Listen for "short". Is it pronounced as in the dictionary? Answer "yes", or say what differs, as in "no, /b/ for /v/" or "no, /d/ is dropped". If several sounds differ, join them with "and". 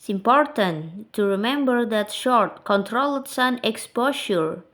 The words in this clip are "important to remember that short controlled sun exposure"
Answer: yes